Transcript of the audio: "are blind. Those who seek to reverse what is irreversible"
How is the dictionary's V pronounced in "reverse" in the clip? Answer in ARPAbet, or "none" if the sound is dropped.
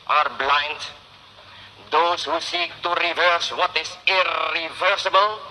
V